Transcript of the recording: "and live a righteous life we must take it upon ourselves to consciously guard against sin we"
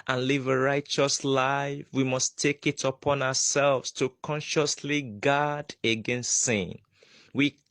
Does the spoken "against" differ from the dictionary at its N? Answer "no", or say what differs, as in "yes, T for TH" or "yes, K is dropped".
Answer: no